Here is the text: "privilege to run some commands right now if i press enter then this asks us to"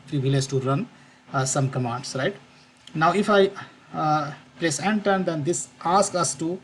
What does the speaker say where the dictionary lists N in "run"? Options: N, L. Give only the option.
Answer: N